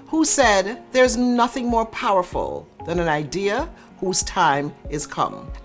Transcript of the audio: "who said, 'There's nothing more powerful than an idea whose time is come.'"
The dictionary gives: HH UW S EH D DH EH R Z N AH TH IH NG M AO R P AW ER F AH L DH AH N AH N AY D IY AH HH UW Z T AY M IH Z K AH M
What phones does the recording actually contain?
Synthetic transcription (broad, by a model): HH UW S EH D DH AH R Z N AH TH IH NG M AO R P AW ER F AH L DH AH N AH N AY D IY AH HH UW Z T AY M IH Z K AH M